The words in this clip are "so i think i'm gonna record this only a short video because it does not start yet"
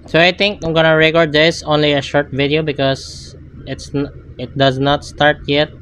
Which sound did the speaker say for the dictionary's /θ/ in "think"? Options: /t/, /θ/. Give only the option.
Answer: /t/